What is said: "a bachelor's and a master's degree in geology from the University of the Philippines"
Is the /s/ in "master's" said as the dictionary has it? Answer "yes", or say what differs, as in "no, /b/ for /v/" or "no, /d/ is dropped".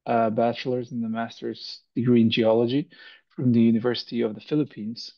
yes